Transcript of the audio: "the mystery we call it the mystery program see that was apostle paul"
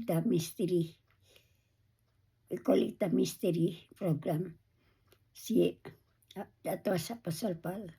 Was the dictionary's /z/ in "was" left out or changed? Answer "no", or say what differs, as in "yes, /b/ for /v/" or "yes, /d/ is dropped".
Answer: yes, /s/ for /z/